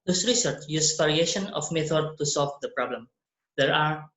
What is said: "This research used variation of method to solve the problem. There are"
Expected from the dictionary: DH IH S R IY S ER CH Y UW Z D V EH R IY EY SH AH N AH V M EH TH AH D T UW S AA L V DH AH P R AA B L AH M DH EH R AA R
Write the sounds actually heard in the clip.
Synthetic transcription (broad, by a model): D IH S R IY S ER CH Y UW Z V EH R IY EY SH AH N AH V M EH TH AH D T UW S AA L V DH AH P R AA B L AH M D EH R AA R